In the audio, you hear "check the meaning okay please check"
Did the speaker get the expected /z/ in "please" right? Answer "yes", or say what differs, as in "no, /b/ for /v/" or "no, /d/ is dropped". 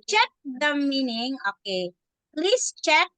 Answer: no, /s/ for /z/